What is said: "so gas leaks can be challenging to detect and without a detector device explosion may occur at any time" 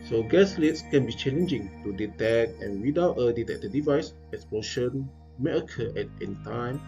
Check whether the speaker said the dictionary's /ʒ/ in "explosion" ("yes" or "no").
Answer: no